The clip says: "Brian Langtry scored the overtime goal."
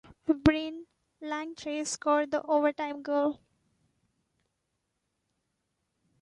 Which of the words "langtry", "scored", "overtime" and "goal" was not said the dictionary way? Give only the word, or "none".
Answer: scored